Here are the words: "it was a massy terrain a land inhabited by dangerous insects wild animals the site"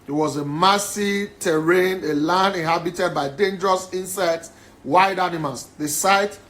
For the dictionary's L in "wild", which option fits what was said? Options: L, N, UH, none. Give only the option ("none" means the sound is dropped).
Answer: none